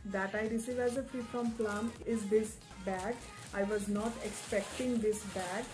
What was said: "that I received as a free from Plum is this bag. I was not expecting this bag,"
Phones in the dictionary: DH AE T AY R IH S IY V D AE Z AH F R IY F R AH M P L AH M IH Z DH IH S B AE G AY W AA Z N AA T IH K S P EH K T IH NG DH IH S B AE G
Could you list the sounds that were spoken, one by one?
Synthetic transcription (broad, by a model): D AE T AY R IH S IY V AE Z AH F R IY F R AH M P L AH M IH Z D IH S B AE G AY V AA Z N AA T IH K S P EH K T IH NG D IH S B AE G